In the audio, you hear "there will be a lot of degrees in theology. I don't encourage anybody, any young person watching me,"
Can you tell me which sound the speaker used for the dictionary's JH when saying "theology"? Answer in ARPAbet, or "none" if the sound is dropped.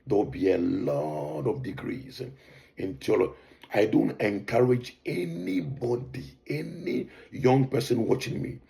none